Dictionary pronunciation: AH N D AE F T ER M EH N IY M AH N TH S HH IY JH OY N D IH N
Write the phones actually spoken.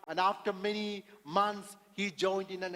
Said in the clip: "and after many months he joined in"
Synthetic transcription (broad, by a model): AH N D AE F T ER M EH N IY M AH N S HH IY JH OY N D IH N